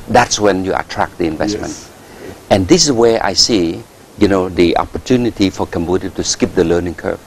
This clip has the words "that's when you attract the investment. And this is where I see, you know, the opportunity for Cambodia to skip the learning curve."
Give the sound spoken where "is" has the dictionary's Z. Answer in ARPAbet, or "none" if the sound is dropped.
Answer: S